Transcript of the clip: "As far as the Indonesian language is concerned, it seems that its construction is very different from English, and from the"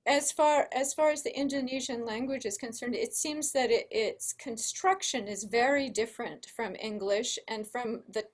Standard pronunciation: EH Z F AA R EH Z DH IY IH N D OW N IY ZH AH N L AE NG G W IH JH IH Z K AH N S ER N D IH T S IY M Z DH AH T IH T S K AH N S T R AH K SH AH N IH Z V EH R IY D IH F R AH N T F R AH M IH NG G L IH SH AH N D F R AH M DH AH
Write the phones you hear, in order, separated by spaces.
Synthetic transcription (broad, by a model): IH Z F AA R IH Z DH IY IH N D OW N IY ZH AH N L AE NG G W IH JH IH Z K AH N S ER N D IH T S IY M Z DH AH T IH T S K AH N S T R AH K SH AH N IH Z V EH R IY D IH F R AH N T F R AH M IH NG G L IH SH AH N F R AH M DH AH